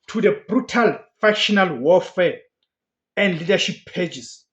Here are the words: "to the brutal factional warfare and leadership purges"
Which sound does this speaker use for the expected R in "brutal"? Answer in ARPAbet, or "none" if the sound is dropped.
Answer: R